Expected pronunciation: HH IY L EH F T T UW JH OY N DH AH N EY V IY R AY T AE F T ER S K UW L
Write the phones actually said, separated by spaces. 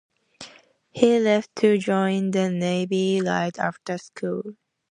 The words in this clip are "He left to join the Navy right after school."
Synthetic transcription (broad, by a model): HH IY L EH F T T UW JH OY N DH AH N EY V IY L AY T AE F T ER S K UW L